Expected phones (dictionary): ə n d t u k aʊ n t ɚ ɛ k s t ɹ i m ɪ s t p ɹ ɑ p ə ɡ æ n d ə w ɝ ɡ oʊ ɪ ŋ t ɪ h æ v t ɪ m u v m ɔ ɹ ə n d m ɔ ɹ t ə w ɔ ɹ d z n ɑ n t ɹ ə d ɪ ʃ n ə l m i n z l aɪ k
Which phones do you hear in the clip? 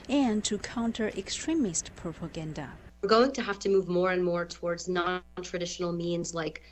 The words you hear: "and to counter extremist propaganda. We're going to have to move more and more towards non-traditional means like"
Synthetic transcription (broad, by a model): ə n t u k aʊ n t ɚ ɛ k s t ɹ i m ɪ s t p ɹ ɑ p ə ɡ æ n d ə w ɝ ɡ oʊ ɪ ŋ t ɪ h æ f t ɪ m u v m ɔ ɹ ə n m ɔ ɹ t ə w ɔ ɹ d z n ɑ n t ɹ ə d ɪ ʃ n l m i n z l aɪ k